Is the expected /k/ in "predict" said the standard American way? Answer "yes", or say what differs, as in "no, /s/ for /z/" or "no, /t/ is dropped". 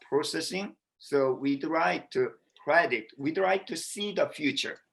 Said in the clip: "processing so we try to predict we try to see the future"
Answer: no, /k/ is dropped